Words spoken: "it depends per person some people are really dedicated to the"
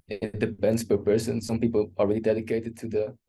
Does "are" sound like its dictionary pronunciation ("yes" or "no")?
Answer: no